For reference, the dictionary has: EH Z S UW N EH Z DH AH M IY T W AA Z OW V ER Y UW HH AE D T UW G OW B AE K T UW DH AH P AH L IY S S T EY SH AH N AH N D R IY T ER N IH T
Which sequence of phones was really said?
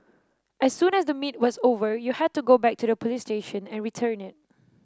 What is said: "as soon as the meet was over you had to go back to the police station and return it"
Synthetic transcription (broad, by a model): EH S UW N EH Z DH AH M IY T W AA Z OW V ER Y UW HH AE D T UW G OW B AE K T UW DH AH P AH L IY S S T EY SH AH N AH N R IY T ER N IH T